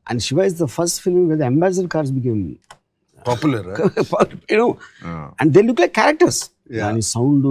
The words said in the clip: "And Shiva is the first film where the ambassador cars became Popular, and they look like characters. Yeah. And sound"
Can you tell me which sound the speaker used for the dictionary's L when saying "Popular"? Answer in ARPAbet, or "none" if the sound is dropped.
N